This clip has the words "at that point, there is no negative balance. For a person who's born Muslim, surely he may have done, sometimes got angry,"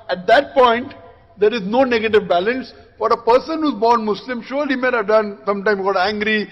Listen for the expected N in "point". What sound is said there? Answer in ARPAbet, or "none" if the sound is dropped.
N